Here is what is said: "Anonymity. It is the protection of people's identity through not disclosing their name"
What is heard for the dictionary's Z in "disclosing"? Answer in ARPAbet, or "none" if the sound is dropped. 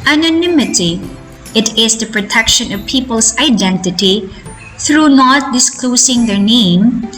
S